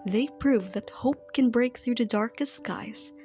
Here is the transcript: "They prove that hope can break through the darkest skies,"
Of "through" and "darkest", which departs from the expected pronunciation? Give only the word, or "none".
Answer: none